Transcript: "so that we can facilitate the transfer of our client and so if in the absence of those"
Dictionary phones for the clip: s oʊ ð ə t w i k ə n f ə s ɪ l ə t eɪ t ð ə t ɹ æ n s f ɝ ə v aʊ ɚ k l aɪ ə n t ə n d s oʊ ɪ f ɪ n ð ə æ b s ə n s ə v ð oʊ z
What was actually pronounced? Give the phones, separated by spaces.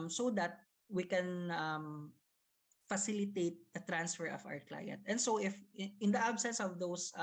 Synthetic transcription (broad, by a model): s oʊ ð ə t w i k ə n f ə s ɪ l ə t eɪ t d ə t ɹ æ n s f ɝ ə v aʊ ɚ k l aɪ ə n t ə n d s oʊ ɪ f ɪ n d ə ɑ b s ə n s ə v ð oʊ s